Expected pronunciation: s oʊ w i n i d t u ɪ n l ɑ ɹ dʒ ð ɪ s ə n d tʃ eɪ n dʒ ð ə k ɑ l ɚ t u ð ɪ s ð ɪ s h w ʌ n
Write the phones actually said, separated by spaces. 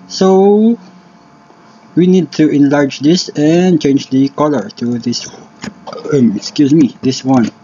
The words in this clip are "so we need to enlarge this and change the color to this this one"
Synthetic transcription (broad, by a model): s oʊ w i n i d t u ɪ n l ɑ ɹ dʒ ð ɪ s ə n tʃ eɪ n dʒ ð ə k ɑ l ɚ t u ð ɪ s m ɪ s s w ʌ n